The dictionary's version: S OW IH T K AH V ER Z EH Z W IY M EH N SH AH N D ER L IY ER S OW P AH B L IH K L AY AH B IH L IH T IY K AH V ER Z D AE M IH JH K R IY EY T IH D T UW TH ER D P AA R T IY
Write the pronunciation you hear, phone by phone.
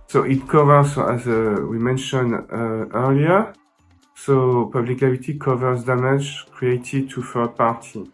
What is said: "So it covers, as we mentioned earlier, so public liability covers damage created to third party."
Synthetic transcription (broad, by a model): S OW IH T K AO V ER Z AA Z W IY M EH N SH AH N D ER L IY ER S OW P AH B L IH K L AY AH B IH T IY K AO V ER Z D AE M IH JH K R IY EY T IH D T UW F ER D P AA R T IY